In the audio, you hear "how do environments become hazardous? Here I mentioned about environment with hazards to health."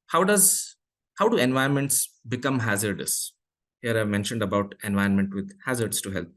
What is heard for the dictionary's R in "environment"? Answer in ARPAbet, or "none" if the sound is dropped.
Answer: none